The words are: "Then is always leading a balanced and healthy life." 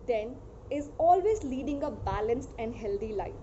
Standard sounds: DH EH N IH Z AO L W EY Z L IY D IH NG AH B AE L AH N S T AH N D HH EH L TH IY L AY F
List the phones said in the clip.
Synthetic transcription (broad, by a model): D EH N IH Z AO L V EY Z L IY D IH NG AH B AE L AH N S T AH N D HH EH L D IY L AY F